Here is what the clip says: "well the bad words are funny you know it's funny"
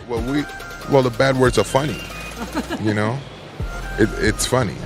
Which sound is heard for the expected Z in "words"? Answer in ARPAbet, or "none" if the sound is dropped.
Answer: Z